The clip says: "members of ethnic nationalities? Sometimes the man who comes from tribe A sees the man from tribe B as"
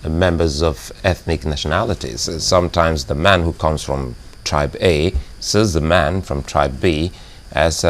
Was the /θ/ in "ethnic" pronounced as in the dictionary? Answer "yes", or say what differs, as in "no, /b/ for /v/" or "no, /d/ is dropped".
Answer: yes